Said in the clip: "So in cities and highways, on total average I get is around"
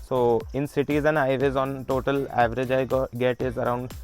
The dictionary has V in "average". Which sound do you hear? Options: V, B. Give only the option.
V